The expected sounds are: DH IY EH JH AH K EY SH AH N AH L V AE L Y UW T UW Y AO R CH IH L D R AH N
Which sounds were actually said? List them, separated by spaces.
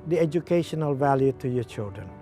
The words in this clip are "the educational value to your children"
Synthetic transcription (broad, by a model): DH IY EH JH AH K EY SH AH N AH L V AE L Y UW T UW Y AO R CH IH L D R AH N